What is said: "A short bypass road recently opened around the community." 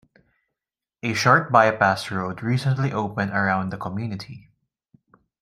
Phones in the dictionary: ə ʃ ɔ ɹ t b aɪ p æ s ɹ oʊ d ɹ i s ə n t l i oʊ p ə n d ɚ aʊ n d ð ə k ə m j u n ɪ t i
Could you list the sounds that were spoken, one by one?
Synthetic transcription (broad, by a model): ə ʃ ɔ ɹ t b aɪ p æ s ɹ oʊ d ɹ i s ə n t l i oʊ p ə n d ɚ aʊ n d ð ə k ə m j u n ɪ t i